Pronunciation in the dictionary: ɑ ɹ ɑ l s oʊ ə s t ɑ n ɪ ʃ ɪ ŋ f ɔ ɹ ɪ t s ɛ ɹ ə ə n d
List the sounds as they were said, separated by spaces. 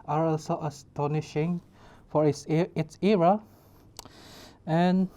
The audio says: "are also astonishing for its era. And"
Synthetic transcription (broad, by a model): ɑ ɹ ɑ l s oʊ ə s t ɑ n ɪ ʃ ɪ ŋ f ɔ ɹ ɪ t s ɛ ɹ ə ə n